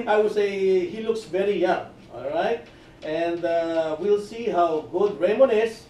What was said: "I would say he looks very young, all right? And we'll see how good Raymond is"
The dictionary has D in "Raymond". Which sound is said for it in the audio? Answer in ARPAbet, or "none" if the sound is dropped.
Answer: none